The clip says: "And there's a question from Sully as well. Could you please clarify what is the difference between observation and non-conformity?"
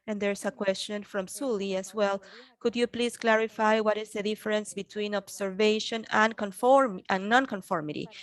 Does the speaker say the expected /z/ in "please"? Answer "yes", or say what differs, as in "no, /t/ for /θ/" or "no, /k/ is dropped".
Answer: no, /s/ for /z/